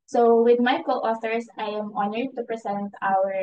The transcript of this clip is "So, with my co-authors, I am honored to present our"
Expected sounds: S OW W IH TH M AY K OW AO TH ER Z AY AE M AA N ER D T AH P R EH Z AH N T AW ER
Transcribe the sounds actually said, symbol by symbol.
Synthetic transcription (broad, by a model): S OW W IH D M AY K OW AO S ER S AY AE M AA N ER D T AH P R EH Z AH N T AW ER